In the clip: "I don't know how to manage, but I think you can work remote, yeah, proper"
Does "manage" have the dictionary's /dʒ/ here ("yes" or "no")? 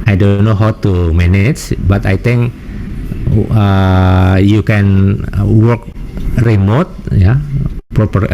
no